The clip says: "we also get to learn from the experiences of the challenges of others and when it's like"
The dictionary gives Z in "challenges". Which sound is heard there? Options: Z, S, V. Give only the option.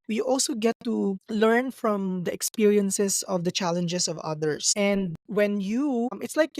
S